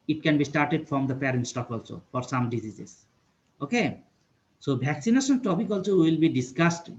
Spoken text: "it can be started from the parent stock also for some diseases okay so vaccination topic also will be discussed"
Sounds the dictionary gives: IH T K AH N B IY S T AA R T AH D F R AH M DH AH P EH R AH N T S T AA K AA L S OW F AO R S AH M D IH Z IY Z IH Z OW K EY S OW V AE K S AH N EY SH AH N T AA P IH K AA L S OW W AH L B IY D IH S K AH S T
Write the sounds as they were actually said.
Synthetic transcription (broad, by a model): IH T K AH N B IY S T AA R T AH D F R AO M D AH P EH R AH N T S T AA K AA L S OW F AO R S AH M D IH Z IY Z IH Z OW K EY S OW B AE K S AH N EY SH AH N T AA P IH K AA L S OW W AH L B IY D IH S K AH S T